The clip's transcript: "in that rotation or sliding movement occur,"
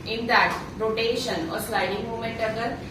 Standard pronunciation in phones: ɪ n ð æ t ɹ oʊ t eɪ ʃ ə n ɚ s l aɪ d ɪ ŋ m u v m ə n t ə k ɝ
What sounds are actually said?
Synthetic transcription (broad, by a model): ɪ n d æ t ɹ oʊ t eɪ ʃ ə n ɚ s l aɪ d ɪ ŋ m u m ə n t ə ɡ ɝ